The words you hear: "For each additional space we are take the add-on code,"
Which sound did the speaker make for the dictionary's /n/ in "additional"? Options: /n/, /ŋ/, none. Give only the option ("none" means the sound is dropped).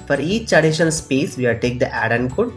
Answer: none